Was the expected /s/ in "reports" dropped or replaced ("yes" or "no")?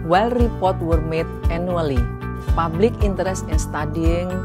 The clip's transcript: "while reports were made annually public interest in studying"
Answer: yes